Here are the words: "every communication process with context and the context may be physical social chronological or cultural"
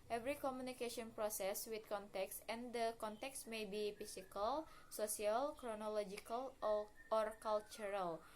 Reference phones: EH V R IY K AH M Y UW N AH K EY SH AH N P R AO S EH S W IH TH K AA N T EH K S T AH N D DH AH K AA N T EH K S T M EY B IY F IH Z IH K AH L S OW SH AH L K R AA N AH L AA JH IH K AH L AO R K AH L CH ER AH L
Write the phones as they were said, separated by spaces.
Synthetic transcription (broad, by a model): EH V R IY K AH M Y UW N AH K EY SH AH N P R AO S EH S W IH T K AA N T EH K S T AH N D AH K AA N T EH K S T M EY B IY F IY S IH K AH L S OW S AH L K R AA N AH L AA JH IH K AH L AO R K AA L CH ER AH L